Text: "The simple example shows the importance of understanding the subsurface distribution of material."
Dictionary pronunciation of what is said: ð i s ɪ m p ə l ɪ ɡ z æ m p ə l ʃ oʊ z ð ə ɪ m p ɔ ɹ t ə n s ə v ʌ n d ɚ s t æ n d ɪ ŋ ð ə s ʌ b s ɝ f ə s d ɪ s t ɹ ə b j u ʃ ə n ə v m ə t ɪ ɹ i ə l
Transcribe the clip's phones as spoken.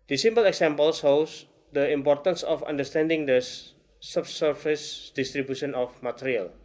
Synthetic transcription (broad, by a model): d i s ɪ m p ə l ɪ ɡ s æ m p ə l s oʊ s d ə ɪ m p ɔ ɹ t ə n s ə f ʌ n d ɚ s t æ n d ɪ ŋ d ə s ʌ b s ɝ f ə s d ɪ s t ɹ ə b j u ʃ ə n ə f m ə t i ɹ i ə l